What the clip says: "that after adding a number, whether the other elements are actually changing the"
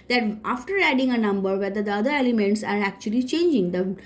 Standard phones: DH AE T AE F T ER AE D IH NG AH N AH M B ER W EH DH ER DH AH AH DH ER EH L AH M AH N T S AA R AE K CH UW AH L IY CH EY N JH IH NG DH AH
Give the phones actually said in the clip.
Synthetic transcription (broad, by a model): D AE T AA F T ER AE D IH NG AH N AH M B ER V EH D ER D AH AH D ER EH L AH M AH N T S AA R AE K CH UW AH L IY CH EY N JH IH NG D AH